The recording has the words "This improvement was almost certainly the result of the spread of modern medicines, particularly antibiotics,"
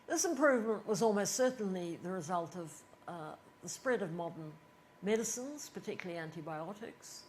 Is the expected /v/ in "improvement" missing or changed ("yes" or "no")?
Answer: no